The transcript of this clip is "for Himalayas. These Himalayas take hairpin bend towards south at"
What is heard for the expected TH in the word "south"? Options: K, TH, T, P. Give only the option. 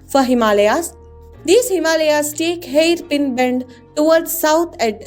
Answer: T